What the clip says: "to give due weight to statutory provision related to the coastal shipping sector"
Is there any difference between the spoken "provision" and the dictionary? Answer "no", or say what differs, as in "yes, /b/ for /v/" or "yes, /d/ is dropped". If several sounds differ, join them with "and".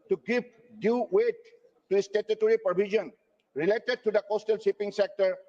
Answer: yes, /ɹ/ is dropped